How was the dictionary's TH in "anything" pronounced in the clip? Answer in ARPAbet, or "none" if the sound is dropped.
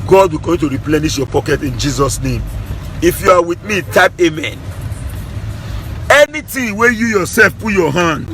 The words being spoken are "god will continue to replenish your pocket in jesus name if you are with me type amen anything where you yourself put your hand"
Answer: T